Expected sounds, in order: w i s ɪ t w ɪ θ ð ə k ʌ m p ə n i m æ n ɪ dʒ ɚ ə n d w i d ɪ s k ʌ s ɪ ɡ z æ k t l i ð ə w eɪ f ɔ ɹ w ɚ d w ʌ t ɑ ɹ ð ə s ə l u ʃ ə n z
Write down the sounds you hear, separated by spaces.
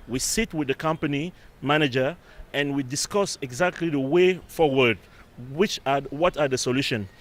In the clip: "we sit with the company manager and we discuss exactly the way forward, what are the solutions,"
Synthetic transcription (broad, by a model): w i s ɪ t w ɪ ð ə k ʌ m p ə n i m æ n ɪ dʒ ɚ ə n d w i d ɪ s k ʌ s ɪ ɡ z æ k t l i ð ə w eɪ f ɔ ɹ w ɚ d w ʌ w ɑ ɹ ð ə s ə l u ʃ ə n